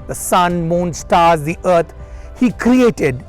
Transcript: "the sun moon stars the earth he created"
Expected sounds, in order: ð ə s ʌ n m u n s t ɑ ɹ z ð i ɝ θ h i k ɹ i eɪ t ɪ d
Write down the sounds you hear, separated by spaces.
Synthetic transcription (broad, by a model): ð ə s ʌ n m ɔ n s t ɑ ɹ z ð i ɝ t h i k ɹ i eɪ t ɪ d